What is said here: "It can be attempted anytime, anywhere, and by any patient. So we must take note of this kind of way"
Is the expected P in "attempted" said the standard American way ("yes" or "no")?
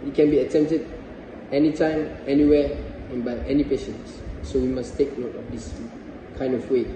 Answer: yes